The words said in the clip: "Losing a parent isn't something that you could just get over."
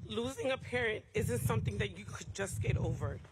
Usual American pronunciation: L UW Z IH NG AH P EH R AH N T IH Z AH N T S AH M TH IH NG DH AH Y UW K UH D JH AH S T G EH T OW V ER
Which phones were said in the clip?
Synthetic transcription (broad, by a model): L UW Z IH NG AH P EH R AH N T IH Z AH N T S AH M TH IH NG DH AH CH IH K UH D JH AH S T G EH T OW V ER